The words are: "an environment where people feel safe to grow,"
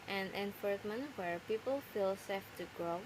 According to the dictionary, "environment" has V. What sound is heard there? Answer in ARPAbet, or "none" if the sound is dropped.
F